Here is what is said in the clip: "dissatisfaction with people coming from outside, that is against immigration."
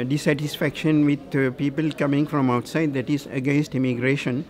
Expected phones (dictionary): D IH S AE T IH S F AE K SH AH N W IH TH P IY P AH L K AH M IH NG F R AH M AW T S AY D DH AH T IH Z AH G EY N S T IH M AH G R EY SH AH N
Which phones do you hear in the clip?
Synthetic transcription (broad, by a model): D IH S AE T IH S F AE K SH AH N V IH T P IY P AH L K AH M IH NG F R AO M AW T S AY D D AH T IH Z AH G EY N S T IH M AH G R EY SH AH N